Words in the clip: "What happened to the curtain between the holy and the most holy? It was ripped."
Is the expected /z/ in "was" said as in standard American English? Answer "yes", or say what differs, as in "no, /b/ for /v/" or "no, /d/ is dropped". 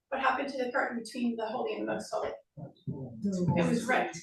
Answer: yes